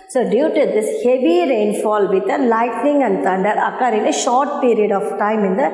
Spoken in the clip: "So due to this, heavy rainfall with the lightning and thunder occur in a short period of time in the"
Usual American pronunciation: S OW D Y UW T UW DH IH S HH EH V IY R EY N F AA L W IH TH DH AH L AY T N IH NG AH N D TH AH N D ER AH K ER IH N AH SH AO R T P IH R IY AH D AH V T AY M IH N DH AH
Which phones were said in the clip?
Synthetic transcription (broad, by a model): S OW D Y UW T UW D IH S HH EH V IY R EY N F AA L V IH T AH L AY T N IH NG AH N D T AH N D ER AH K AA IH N AH SH AO R T P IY R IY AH D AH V T AY M IH N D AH